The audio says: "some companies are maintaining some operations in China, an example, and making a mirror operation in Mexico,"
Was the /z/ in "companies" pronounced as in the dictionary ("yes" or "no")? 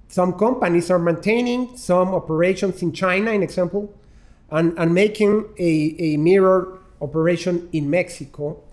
no